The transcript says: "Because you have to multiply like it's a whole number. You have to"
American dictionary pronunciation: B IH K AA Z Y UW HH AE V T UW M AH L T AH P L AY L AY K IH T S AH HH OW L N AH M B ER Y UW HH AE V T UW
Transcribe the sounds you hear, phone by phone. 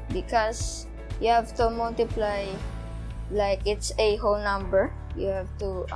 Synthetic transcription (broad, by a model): B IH K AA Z Y UW HH AE V T UW M AH L T AH P L AY L AY K IH T S AH HH OW L N AH M B ER Y UW HH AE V T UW